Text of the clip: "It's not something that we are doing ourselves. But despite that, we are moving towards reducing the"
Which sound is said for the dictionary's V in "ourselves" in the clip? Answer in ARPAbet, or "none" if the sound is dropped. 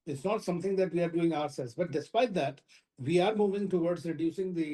none